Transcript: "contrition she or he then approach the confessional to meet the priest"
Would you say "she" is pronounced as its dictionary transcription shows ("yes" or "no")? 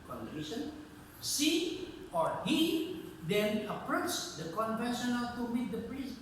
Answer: no